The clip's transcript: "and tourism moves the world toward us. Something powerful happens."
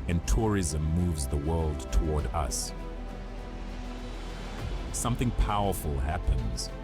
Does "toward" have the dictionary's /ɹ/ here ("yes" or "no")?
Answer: yes